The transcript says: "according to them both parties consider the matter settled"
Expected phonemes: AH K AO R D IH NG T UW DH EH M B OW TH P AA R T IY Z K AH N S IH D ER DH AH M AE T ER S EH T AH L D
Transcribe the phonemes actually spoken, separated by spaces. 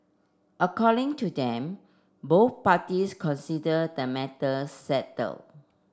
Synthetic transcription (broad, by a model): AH K AO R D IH NG T UW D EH M B OW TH P AA T IY S K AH N S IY D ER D AH M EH T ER S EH T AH L